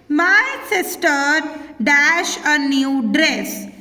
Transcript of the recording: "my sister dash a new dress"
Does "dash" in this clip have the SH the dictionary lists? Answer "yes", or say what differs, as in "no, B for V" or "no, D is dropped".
yes